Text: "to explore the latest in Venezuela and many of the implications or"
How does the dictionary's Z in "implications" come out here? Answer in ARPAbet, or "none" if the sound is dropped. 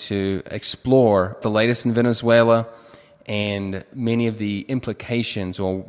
Z